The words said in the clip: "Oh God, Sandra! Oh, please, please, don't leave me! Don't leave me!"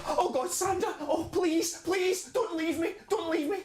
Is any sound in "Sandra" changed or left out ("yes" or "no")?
yes